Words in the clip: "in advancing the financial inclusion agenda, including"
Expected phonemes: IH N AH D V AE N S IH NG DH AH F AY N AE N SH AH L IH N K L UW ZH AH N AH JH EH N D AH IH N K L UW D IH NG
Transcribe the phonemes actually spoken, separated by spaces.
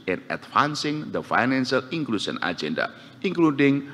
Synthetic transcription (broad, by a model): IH N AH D F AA N S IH NG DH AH F AY N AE N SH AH L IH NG K L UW SH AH N AH JH EH N D AH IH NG K L UW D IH NG